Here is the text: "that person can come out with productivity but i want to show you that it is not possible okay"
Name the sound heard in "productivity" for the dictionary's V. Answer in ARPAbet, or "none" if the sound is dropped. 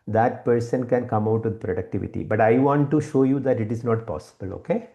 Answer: V